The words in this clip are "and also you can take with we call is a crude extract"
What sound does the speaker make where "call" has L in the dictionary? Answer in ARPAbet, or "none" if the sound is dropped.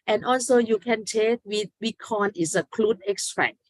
N